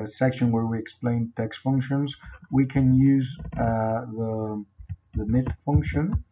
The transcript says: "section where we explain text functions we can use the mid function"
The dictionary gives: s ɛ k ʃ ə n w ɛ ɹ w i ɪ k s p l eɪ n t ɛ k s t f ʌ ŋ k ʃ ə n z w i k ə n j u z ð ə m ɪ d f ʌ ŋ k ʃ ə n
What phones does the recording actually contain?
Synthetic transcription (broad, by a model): s ɛ k ʃ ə n w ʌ ɹ w i ɪ k s p l eɪ n t ɛ k s t f ʌ ŋ k ʃ ə n z w i k ə n j u z ð ə m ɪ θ f ʌ ŋ k ʃ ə n